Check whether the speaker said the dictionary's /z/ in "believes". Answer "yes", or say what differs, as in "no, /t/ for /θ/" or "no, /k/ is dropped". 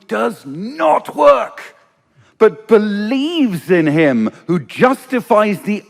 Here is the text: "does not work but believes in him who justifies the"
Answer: yes